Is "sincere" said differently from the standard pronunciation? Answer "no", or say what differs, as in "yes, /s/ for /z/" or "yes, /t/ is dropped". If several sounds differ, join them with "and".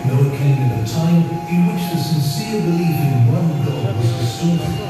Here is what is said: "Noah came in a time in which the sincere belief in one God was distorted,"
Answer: no